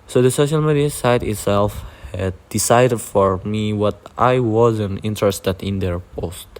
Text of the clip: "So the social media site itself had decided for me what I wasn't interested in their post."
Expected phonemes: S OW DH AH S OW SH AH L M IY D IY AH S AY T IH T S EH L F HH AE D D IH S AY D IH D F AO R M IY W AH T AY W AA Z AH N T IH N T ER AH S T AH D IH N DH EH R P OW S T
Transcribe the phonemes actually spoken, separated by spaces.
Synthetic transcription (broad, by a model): S OW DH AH S OW SH AH L M IY D IY AH S AY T IH T S EH L F HH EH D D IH S AY D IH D F AO R M IY W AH T AY W AA Z AH N T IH N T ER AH S T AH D IH N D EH R P OW S T